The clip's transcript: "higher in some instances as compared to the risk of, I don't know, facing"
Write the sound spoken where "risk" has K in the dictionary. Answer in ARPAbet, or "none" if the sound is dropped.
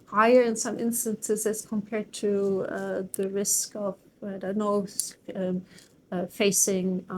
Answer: K